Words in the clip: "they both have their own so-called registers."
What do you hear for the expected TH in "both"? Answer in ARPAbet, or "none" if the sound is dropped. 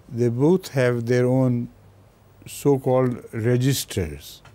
T